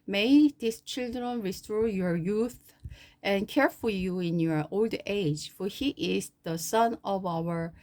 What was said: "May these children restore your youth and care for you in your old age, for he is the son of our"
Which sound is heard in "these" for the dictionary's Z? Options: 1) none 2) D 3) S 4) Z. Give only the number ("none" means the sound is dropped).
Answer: 3